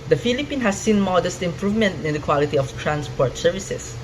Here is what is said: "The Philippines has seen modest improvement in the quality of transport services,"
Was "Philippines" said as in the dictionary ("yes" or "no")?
no